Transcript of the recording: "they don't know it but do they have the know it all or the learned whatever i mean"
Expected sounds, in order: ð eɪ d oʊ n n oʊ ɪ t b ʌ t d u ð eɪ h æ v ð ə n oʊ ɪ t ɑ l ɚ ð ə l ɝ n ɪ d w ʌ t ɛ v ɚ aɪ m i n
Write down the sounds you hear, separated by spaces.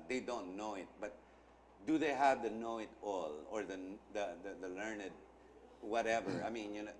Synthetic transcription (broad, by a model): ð eɪ d oʊ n n oʊ ɪ t b ʌ t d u ð eɪ h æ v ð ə n oʊ ɪ t ɑ l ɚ ð ə l ɝ n ɪ d w ʌ t ɛ v ɚ aɪ m i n